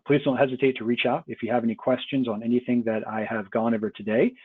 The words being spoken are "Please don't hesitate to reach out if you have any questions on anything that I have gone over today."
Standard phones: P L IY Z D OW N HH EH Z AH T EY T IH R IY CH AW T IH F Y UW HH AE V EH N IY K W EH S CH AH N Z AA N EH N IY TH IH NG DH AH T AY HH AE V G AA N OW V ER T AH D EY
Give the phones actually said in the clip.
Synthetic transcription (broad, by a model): P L IY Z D OW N HH EH Z AH T EY T IH R IY CH AW T IH F Y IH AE V EH N IY K W EH S CH AH N Z N EH N IY TH IH NG DH AH T AY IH V G AA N OW V ER T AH D EY